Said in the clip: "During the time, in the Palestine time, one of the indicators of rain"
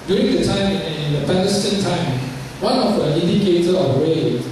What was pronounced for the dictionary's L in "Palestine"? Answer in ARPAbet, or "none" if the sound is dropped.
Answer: N